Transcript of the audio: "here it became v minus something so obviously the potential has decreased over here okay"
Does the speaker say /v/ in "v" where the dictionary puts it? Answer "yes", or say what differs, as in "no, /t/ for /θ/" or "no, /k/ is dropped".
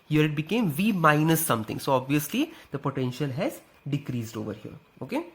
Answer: yes